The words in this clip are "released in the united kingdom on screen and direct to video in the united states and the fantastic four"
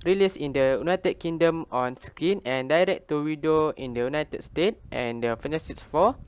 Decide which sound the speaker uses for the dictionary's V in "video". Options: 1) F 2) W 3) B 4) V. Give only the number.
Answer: 2